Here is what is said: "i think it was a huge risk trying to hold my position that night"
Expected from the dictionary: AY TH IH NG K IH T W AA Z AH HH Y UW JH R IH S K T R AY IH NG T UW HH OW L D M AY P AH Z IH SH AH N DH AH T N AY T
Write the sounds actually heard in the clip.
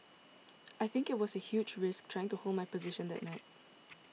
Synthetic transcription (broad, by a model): AY TH IH NG K IH T W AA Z AH HH Y UW JH R IH S K T R AY IH NG T UW HH OW L D M AY P AH Z IH SH AH N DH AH T N AY T